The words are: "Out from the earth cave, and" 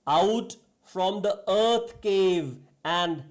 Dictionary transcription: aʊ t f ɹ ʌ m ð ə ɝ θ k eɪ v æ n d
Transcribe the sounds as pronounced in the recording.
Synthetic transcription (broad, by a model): aʊ t f ɹ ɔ m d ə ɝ t k eɪ v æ n d